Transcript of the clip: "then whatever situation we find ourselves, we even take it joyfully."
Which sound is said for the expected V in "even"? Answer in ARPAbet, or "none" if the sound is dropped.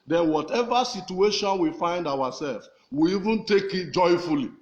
V